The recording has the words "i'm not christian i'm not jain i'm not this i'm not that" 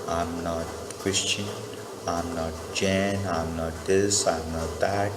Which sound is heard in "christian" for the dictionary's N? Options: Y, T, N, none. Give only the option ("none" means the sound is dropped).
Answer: N